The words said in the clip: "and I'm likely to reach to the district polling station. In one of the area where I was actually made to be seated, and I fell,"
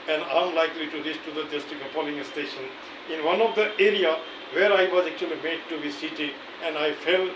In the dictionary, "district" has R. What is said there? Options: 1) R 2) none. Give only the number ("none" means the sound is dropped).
2